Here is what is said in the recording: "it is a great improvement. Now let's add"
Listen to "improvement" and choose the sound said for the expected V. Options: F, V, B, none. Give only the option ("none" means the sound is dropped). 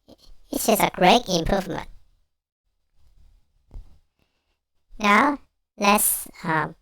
V